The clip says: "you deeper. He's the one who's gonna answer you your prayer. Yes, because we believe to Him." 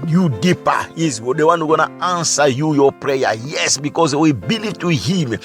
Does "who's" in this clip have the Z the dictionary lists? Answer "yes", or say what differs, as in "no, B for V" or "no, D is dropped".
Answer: no, Z is dropped